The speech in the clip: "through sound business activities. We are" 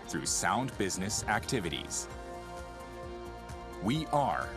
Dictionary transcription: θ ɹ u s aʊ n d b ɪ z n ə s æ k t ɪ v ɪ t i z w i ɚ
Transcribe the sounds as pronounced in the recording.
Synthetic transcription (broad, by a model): θ ɹ u s aʊ n d b ɪ z n ə s æ k t ɪ v ɪ t i z w i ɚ